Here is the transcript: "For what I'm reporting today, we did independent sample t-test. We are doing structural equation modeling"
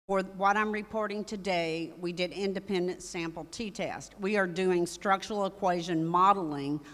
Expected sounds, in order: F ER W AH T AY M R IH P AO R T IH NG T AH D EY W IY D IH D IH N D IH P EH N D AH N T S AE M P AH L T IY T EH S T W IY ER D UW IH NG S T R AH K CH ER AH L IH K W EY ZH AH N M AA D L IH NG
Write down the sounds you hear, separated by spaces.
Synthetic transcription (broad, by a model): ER W AH T AY M R IH P AO R T IH NG T AH D EY W IY D IH D IH N D IH P EH N D AH N T S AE M P L T IY T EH S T W IY ER D UW IH NG S T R AH K CH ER L IH K W EY ZH AH N M AA D L IH NG